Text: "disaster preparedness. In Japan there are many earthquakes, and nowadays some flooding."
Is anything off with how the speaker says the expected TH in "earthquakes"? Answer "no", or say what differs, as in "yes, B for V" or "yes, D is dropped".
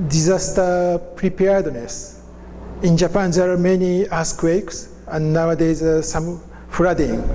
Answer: yes, S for TH